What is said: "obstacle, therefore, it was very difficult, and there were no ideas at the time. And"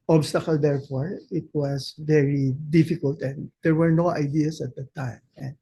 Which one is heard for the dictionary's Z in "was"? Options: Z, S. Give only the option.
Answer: S